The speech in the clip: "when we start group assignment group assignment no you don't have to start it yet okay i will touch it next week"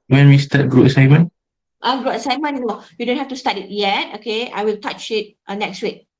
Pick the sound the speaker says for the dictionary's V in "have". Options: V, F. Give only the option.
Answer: F